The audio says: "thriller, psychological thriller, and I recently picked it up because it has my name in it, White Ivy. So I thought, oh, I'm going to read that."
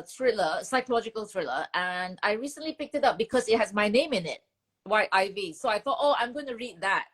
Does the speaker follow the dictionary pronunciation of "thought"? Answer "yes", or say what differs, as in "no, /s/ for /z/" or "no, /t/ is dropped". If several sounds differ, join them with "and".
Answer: yes